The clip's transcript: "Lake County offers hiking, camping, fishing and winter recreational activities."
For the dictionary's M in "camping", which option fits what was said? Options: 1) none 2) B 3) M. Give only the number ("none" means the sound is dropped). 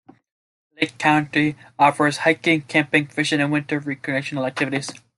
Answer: 3